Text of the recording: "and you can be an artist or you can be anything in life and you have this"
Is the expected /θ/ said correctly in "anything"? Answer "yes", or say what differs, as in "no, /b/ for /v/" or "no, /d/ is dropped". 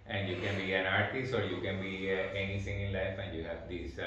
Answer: no, /t/ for /θ/